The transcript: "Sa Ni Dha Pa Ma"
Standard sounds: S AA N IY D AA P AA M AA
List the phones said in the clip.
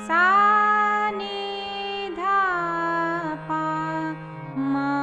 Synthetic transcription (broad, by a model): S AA N IY D AA P AA M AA